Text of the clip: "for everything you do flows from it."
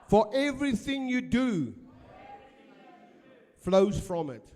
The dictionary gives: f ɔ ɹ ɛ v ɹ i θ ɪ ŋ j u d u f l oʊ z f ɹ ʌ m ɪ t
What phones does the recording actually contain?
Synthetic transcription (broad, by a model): f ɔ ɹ ɛ v ɹ i θ ɪ ŋ j u d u f l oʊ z f ɹ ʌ m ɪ t